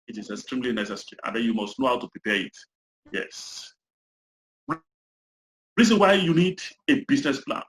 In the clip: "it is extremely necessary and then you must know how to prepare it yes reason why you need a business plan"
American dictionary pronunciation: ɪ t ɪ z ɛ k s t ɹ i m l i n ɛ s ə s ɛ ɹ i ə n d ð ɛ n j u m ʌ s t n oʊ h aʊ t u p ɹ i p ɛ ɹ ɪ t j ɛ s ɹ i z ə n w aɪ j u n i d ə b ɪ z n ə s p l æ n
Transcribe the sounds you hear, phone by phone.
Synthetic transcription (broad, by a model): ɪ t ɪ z ɛ k s t ɹ i m l i n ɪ s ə s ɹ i ə n d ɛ n j u m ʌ s t n oʊ h aʊ t u p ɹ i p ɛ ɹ ɪ t j ɛ s ɹ i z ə n w aɪ j u n i d ə b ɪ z n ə s p l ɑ n